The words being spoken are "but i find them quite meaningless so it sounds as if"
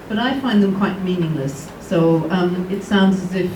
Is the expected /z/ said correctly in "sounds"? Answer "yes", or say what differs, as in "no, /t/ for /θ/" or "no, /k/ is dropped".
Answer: yes